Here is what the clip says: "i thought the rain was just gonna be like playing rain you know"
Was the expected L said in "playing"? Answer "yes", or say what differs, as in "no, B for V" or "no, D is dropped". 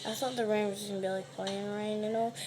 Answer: no, L is dropped